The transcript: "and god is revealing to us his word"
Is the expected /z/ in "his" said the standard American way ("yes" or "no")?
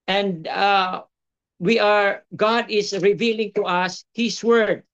no